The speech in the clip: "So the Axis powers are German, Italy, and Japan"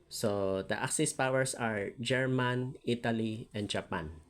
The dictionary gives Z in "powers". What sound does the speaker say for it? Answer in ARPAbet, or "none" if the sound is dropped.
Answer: S